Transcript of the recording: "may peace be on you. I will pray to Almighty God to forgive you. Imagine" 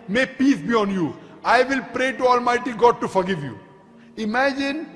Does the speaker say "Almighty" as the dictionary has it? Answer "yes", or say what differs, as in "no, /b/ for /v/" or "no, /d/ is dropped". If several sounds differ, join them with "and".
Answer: yes